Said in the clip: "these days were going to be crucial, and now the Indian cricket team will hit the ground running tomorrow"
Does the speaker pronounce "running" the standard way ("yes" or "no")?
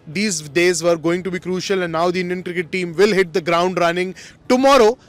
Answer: yes